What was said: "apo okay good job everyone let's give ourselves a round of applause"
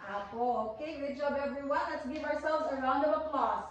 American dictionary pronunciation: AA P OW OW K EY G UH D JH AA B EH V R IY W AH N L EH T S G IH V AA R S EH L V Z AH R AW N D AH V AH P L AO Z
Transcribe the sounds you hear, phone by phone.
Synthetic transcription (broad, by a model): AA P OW OW K EY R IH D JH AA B EH V R IY W AH N L EH T S G IH V AA R S EH L V Z AH R AW N D AH V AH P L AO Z